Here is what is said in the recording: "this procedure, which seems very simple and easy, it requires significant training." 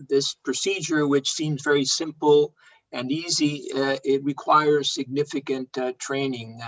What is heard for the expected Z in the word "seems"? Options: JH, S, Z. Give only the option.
Z